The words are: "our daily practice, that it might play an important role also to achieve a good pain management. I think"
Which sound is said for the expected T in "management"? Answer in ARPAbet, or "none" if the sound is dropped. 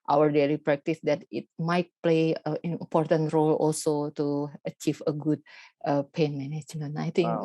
none